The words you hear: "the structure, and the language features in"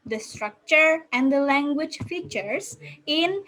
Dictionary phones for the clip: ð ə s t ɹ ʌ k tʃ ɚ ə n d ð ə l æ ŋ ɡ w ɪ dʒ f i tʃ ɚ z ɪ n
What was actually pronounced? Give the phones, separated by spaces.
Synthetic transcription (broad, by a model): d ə s t ɹ ʌ k tʃ ɚ ə n d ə l æ ŋ ɡ w ɪ dʒ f i tʃ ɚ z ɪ n